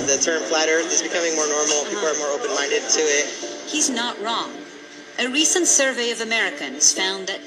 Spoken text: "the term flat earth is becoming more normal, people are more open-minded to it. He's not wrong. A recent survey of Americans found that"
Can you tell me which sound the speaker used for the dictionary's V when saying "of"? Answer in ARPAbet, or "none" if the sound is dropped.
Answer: V